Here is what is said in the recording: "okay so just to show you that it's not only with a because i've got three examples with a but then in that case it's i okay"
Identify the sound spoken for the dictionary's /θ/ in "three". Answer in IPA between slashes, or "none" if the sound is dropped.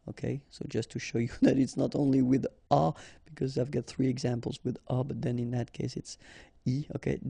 /θ/